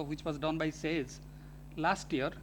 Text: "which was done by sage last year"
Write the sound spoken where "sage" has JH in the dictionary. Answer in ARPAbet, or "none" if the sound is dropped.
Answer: Z